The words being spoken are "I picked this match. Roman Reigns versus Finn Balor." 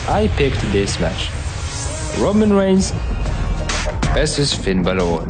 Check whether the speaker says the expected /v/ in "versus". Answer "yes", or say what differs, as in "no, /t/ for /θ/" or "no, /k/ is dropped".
no, /b/ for /v/